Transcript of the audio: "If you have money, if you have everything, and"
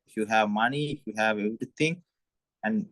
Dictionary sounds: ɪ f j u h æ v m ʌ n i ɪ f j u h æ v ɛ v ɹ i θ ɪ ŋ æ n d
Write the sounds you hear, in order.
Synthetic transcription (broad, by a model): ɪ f j u h æ v m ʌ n i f j u h æ v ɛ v ɹ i t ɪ ŋ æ n d